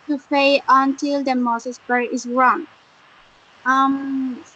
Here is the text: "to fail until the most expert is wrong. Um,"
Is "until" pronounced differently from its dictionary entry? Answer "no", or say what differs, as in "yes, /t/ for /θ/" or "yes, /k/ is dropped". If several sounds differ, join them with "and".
no